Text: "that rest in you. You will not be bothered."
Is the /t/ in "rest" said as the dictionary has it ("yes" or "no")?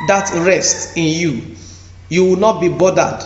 yes